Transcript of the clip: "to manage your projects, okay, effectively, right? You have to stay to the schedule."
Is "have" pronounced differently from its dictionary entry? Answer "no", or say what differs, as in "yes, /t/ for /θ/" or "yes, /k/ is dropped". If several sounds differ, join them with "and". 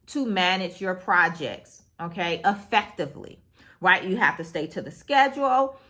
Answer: yes, /f/ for /v/